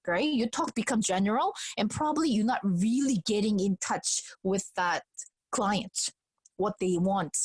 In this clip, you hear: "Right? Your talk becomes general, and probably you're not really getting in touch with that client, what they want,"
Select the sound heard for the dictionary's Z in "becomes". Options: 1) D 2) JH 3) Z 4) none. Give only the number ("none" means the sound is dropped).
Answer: 4